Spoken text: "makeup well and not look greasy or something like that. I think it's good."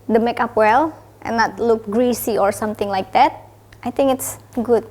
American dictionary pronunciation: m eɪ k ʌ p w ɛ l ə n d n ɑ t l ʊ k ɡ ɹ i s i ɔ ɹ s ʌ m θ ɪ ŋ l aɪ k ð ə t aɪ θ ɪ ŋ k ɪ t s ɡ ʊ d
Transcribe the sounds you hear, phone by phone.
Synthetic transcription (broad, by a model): m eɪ k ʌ p w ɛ l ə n n ɑ t l ʊ k ɡ ɹ i s i ɔ ɹ s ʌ m t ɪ ŋ l aɪ k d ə t aɪ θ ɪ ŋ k ɪ t s ɡ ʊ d